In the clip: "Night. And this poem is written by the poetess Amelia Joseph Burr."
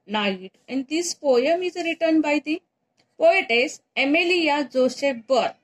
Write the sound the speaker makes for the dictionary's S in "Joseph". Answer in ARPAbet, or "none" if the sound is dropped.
SH